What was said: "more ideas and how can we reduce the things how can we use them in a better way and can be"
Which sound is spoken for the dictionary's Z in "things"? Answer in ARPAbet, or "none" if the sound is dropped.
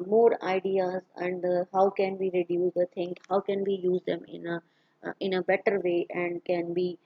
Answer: none